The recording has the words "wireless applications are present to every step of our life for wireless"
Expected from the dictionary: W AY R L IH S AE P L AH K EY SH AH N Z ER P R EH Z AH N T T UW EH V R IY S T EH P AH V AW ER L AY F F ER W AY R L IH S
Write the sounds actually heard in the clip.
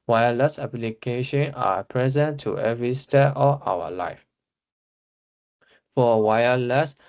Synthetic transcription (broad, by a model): W AY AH L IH S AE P L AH K EY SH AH N AA P R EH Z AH N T T UW EH V R IY S T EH AH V AW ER L AY F F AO W AY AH L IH S